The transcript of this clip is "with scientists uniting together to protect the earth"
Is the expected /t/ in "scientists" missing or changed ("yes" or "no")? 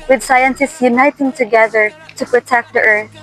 yes